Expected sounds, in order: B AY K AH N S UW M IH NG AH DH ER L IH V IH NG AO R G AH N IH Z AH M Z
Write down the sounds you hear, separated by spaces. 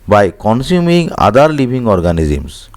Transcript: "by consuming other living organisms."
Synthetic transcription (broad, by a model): B AY K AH N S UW M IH NG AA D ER L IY B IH NG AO R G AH N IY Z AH M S